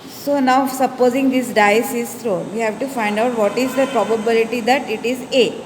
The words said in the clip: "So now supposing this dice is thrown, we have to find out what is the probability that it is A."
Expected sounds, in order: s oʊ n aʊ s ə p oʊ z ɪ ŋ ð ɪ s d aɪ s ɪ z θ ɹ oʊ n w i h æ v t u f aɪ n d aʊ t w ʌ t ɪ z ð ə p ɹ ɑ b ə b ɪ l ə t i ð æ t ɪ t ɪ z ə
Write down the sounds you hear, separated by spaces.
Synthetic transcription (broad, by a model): s oʊ n aʊ s ə p oʊ z ɪ ŋ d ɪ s d aɪ s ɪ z t ɹ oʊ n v i h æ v t u f aɪ n d aʊ t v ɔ t ɪ z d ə p ɹ ɑ b ə b ɪ l ə t i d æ t ɪ t ɪ z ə